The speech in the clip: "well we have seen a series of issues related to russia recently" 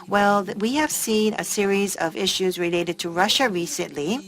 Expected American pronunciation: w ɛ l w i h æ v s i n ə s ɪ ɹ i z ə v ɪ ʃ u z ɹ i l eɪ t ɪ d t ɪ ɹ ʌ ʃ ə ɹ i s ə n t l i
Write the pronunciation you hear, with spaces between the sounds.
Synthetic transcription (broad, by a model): w ɛ l w i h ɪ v s i n ə s ɪ ɹ i z ə v ɪ ʃ u z ɹ i l eɪ t ɪ d t ɪ ɹ ʌ ʃ ə ɹ i s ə n t l i